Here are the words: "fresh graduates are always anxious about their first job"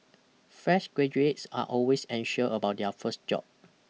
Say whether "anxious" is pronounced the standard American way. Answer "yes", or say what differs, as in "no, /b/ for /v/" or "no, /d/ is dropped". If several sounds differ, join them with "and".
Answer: no, /s/ is dropped